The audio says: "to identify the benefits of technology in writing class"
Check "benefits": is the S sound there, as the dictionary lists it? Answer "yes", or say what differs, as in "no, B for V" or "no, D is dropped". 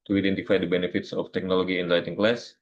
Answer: yes